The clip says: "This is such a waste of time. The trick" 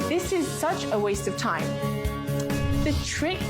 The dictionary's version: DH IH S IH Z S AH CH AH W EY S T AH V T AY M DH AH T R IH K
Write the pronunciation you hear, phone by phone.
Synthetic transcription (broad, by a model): DH IH S IH Z S AH CH AH W EY S T AH V T AY M DH AH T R IH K